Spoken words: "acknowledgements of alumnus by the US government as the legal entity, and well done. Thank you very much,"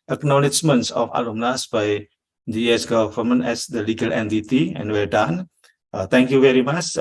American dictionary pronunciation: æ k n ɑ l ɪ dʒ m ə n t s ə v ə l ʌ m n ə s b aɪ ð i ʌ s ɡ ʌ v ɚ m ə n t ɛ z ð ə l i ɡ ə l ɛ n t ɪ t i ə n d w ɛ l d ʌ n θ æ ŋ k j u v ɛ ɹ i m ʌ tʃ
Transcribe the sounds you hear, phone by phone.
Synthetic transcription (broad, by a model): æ k n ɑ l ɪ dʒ m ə n t s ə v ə l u m n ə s b aɪ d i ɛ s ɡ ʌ f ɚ m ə n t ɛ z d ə l i ɡ ə l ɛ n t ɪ t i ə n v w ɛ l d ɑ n t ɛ ŋ k j u v ɛ ɹ i m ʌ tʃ